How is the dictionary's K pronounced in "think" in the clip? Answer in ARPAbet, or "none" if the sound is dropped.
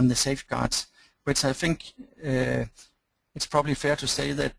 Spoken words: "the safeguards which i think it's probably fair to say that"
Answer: K